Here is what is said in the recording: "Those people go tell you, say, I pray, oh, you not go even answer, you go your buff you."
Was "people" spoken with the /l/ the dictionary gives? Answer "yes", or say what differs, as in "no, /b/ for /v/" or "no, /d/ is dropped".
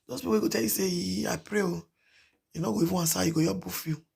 no, /w/ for /l/